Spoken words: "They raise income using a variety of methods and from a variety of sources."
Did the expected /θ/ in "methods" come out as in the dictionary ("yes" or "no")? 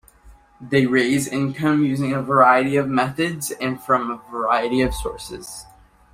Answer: yes